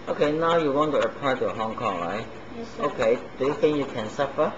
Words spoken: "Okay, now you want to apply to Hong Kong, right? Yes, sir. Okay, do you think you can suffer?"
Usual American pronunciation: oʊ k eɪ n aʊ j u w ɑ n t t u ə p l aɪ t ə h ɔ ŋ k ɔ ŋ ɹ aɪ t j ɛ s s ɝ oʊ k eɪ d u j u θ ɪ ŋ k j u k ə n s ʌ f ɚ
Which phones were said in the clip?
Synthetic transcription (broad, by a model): oʊ k eɪ n aʊ j u w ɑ n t t u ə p aɪ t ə h ɔ ŋ k ɔ ŋ ɹ aɪ t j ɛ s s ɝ oʊ k eɪ d u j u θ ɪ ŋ j u k ə n s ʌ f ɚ